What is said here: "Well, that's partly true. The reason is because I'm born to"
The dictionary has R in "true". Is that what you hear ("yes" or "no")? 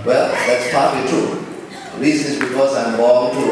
no